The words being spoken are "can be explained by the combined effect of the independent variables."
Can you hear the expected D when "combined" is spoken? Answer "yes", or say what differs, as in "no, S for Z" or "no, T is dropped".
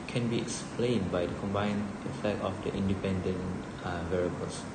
no, D is dropped